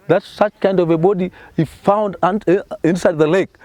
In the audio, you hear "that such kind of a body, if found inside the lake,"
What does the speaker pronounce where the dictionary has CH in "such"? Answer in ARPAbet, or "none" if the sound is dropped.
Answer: CH